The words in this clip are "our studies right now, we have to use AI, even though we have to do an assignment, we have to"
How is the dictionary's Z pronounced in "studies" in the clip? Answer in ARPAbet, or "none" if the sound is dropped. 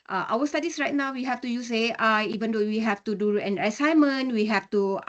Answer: S